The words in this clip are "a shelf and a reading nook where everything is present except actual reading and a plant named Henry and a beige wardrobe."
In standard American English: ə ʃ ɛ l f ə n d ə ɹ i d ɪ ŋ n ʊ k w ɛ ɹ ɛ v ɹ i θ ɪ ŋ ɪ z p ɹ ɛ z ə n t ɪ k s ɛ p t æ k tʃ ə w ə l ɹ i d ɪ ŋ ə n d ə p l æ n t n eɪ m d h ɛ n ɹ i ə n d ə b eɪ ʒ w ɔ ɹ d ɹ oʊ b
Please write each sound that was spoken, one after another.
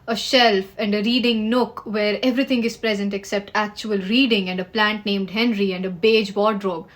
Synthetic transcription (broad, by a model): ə ʃ ɛ l f ə n d ə ɹ i d ɪ ŋ n ʊ k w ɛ ɹ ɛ v ɹ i t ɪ ŋ ɪ z p ɹ ɛ z ə n t ɪ k s ɛ p t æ k tʃ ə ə l ɹ i d ɪ ŋ ə n d ə p l æ n t n eɪ m d h ɛ n ɹ i ə n d ə b eɪ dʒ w ɔ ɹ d ɹ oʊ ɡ